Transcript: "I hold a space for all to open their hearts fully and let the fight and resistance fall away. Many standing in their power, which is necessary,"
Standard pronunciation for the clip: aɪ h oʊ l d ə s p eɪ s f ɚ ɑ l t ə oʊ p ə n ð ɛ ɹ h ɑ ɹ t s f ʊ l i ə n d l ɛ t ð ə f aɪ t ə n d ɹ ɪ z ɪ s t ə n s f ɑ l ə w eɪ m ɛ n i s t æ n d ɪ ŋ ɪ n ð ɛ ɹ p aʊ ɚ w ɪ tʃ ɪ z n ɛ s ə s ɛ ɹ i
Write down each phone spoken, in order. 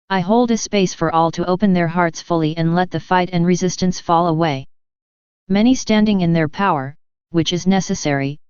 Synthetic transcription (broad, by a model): aɪ h oʊ l d ə s p eɪ s f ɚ ɑ l t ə oʊ p ə n ð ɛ ɹ h ɑ ɹ t s f ʊ l i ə n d l ɛ t ð ə f aɪ t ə n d ɹ ɪ z ɪ s t ə n s f ɑ l ə w eɪ m ɛ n i s t æ n d ɪ ŋ ɪ n ð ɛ ɹ p aʊ ɚ w ɪ tʃ ɪ z n ɛ s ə s ɛ ɹ i